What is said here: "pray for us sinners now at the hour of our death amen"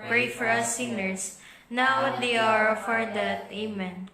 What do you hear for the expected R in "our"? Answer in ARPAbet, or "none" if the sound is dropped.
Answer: R